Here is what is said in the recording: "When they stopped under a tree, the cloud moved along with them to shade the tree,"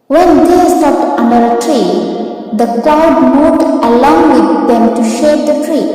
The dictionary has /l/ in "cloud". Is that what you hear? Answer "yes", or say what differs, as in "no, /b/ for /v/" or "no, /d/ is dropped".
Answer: no, /l/ is dropped